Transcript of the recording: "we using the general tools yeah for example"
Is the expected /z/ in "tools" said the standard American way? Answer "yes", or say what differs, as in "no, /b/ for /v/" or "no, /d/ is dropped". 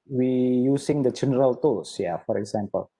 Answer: no, /s/ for /z/